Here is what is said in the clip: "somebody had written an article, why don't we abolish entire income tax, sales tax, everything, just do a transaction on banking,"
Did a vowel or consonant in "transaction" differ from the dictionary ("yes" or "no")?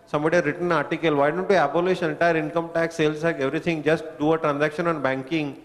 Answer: no